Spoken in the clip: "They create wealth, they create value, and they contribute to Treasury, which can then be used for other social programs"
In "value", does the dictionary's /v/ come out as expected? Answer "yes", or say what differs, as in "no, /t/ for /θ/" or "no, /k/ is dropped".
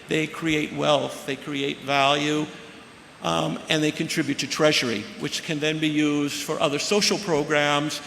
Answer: yes